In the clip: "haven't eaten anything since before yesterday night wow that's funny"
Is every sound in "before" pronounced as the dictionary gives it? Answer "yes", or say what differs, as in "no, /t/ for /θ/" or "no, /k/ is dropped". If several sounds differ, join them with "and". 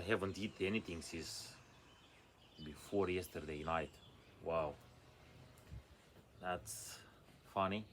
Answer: yes